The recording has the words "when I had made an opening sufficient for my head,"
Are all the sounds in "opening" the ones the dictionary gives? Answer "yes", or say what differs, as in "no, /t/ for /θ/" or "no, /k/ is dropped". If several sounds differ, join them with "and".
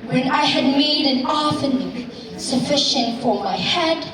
no, /f/ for /p/